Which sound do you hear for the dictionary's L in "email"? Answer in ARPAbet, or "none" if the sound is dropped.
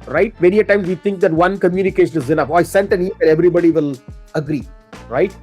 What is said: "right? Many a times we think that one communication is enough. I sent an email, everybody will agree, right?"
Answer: N